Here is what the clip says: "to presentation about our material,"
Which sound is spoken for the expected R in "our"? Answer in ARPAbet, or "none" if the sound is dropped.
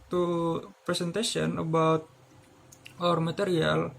R